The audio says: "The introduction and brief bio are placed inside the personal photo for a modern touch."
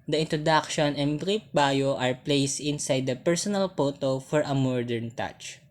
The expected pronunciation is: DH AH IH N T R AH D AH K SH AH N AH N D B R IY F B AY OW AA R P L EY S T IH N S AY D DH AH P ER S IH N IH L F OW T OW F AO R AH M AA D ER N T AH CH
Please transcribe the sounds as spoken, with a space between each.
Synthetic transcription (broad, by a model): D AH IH N T R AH D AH K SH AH N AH N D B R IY P B AY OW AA R P L EY S T IH N S AY D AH P ER S IH N IH L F OW T OW F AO R AH M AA D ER N T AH CH